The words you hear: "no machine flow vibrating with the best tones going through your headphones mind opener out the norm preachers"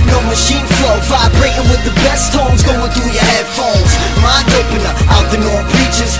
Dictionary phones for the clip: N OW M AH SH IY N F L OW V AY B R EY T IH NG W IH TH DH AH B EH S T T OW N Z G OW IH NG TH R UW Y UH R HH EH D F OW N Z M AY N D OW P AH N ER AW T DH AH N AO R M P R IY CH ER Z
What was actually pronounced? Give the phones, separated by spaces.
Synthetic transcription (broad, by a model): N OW M AH SH IY N F L OW F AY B R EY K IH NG W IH DH AH B EH S T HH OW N Z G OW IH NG TH R UW Y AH R HH EH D F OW L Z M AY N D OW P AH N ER AW T DH AH N AO R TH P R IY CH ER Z